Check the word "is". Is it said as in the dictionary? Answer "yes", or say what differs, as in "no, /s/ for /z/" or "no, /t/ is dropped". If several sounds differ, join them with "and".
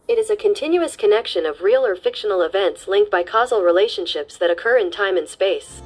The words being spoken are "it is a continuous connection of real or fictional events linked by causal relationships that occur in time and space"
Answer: yes